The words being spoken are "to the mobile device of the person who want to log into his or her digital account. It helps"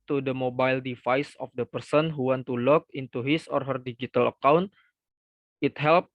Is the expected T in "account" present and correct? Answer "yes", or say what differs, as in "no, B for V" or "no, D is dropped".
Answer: yes